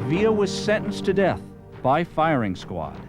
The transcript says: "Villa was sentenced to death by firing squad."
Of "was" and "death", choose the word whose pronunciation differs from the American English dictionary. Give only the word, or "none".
none